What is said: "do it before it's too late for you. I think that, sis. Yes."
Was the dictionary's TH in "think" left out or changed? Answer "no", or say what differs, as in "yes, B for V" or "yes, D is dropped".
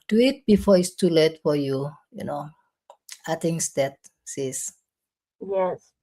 yes, T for TH